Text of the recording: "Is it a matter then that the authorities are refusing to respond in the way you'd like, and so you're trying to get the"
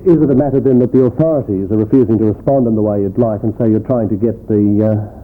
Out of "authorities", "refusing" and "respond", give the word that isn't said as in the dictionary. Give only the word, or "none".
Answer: none